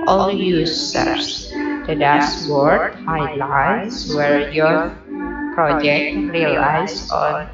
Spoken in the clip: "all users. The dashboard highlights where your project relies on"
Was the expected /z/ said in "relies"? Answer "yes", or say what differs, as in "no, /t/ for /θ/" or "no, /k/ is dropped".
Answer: no, /s/ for /z/